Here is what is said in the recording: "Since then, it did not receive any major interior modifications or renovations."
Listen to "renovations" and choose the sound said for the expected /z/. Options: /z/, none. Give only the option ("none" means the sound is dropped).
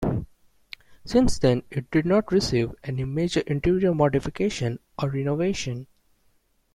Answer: none